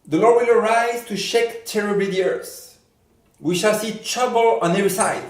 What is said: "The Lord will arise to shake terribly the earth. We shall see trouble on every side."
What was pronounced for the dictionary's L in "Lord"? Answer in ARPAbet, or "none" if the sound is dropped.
L